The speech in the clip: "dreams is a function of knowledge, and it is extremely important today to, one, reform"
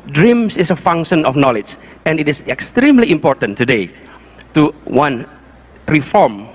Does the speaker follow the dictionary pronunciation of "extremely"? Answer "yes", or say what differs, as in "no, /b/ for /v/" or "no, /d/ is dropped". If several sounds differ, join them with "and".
yes